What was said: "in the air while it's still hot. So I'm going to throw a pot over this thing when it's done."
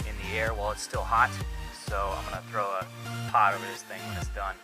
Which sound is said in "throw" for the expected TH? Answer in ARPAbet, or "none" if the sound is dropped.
TH